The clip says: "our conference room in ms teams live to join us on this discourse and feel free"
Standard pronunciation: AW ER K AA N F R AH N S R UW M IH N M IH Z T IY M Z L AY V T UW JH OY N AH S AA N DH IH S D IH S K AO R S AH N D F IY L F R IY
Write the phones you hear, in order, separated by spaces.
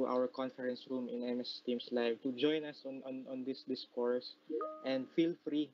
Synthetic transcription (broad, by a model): AW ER K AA N F R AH N S R UW M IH N M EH S T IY M S L AY V T UW JH OY N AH S AA N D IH S D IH S K AO R S AH N D F IY L F R IY